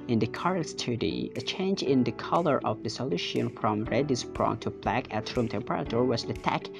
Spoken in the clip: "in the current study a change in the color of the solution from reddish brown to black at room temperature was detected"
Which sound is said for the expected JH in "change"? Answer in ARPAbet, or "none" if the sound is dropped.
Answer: JH